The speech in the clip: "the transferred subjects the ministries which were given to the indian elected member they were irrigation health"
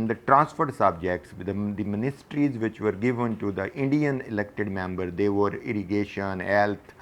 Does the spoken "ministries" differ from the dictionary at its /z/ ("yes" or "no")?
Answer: no